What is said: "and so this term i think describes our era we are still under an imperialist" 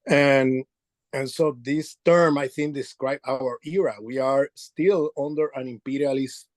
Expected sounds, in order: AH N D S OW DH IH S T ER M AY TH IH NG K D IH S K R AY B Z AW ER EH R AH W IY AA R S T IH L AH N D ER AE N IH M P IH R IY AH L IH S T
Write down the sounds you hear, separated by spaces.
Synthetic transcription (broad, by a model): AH N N S OW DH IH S T ER M AY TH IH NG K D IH S K R AY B AW ER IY R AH W IY AA R S T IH L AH N D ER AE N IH M P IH R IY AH L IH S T